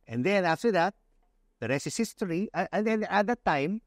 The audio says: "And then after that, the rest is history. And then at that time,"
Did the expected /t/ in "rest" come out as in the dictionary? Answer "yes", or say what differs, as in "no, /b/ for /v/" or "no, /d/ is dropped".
no, /t/ is dropped